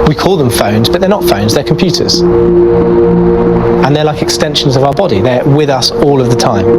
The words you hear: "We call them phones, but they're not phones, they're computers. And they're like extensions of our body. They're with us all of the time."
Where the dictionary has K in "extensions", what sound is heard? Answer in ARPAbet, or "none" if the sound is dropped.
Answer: K